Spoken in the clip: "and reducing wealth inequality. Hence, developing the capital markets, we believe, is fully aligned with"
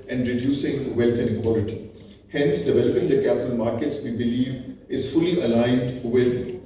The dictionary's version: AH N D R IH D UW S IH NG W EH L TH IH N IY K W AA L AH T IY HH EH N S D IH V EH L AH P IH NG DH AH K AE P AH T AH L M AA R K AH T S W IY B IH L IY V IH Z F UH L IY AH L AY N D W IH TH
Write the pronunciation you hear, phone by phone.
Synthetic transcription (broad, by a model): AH N D R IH D UW S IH NG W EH L T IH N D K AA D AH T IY HH EH N S D IH V EH L AH P IH NG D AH K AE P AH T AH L M AA R K AH T S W IY B IH L IY V IH Z F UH L IY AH L AY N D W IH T